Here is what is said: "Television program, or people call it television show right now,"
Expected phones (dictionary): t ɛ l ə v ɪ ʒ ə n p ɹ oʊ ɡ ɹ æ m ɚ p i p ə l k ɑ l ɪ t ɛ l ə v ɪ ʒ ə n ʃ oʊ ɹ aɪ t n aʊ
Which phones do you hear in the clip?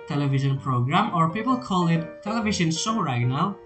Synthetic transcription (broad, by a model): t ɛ l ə v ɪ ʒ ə n p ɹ oʊ ɡ ɹ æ m ɚ p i p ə l k ɑ l ɪ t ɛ l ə v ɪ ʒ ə n s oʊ ɹ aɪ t n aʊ